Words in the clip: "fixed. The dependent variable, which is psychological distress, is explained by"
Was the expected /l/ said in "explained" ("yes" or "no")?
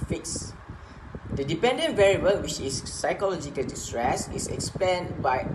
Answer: no